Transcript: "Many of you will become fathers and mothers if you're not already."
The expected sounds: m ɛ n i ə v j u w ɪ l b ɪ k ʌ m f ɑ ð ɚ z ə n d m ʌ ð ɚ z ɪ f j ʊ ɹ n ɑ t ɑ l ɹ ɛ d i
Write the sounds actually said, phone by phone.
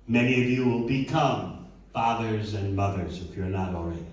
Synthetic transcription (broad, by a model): m ɛ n i ə v j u w ɪ l b ɪ k ʌ m f ɑ ð ɚ z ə n m ʌ ð ɚ z ɪ f j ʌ ɹ n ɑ t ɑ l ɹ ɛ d